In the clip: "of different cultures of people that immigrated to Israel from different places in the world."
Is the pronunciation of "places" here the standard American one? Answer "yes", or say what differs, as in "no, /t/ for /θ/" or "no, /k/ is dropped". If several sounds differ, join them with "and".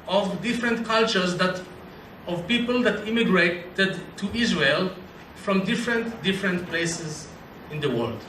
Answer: yes